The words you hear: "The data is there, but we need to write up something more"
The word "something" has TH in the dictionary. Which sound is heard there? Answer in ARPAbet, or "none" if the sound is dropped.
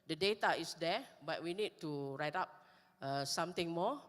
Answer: T